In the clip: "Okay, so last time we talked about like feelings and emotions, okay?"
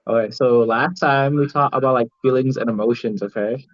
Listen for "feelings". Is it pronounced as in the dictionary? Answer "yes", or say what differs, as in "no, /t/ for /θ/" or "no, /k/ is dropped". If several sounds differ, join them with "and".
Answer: yes